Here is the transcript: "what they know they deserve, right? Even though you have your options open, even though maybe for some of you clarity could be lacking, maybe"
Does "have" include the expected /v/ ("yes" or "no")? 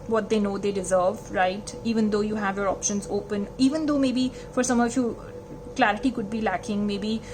yes